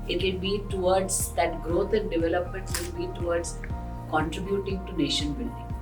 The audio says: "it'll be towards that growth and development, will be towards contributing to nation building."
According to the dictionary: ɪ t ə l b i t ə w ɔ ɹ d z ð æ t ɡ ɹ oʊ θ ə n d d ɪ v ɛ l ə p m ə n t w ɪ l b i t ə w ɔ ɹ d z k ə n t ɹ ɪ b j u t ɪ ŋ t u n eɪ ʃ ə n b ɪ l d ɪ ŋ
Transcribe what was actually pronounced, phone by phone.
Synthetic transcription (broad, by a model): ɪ t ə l b i t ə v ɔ ɹ d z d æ t ɡ ɹ oʊ t ə n d d ɪ v ɛ l ə p m ə n t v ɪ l b i t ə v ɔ ɹ d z k ə n t ɹ ɪ b j u t ɪ ŋ t u n eɪ ʃ ə n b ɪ l d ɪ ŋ